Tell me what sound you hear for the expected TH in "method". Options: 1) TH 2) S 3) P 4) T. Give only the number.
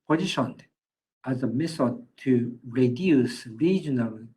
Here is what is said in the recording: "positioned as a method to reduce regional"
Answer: 2